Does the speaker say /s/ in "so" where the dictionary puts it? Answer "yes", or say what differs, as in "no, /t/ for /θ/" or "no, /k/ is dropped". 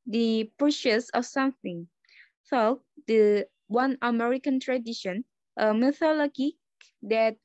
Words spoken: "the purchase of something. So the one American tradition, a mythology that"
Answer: no, /θ/ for /s/